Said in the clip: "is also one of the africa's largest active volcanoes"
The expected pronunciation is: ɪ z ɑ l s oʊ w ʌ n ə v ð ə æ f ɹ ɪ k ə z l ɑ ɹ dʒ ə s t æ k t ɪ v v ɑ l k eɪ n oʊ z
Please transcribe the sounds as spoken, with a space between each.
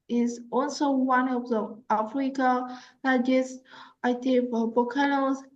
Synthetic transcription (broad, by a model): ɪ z ɑ l s oʊ w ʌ n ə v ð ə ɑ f ɹ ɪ k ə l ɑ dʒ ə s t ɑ t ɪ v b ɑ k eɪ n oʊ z